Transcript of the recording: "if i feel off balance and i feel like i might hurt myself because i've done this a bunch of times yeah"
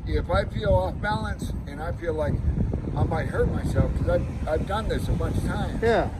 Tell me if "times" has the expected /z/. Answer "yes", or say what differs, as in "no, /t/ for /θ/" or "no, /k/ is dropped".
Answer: no, /z/ is dropped